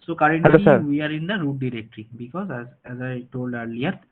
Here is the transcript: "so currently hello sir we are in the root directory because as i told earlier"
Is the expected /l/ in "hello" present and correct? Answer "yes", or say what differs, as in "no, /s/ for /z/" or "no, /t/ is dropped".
no, /l/ is dropped